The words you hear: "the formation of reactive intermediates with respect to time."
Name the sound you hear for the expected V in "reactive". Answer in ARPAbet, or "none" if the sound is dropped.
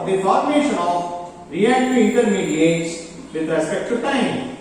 none